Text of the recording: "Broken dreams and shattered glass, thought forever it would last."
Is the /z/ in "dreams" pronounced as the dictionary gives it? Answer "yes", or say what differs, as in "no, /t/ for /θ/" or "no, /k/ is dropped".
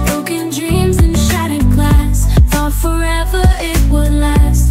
yes